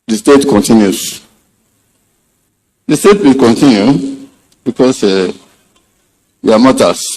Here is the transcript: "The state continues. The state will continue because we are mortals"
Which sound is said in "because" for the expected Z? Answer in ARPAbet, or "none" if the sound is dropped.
S